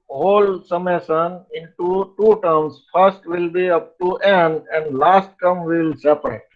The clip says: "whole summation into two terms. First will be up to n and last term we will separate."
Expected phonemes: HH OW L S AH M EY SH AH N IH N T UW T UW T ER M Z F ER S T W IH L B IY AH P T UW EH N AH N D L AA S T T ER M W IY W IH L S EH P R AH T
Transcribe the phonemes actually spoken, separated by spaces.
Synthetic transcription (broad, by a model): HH OW L S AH M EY S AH N IH N T UW T UW T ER M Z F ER S T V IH L B IY AH P T UW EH N AH N D L AA S T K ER M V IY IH L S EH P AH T